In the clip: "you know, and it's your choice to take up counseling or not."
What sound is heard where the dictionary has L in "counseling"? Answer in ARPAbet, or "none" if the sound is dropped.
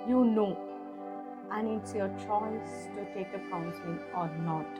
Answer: none